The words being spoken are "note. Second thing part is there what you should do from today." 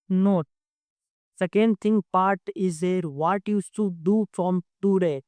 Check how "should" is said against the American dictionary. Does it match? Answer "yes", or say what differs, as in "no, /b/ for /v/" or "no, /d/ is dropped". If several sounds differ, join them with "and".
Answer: no, /s/ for /ʃ/